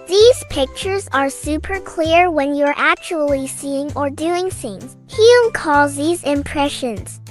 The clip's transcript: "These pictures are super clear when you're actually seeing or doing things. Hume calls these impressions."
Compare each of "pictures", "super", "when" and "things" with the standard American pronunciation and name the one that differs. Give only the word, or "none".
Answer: none